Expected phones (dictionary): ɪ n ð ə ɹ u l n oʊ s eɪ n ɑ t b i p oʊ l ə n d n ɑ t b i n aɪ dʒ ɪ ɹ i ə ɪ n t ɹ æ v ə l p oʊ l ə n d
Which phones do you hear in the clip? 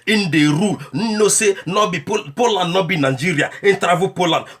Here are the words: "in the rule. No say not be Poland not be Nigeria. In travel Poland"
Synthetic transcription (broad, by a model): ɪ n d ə ɹ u n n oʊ s eɪ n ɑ b i p oʊ l ə n d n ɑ b i n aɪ dʒ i ɹ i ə ɪ n t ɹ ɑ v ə p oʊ l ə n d